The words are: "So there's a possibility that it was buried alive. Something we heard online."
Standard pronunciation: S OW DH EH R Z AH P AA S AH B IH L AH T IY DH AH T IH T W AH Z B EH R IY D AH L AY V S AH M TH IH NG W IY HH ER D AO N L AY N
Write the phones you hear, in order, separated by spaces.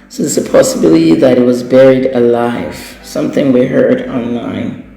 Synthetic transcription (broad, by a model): S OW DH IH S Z AH P AA S AH B IH L AH T IY DH AH T IH T W AH Z B EH R IY D AH L AY V S AH M TH IH NG W IY HH ER D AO N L AY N